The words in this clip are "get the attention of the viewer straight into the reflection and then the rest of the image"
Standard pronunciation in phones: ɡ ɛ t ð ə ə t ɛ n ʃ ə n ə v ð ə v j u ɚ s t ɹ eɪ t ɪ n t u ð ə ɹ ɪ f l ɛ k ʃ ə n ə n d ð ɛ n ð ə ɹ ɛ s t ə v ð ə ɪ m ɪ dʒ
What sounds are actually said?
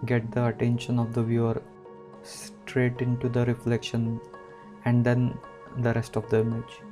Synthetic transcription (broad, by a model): ɡ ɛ t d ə ə t ɛ n ʃ ə n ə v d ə v j u ɚ s t ɹ eɪ t ɪ n t u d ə ɹ ɪ f l ɛ k ʃ ə n ə n d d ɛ n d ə ɹ ɛ s t ə v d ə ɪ m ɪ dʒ